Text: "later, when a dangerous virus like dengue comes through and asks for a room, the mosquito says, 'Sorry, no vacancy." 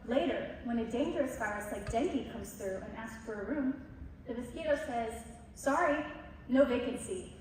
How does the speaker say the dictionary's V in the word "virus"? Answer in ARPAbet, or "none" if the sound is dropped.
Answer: F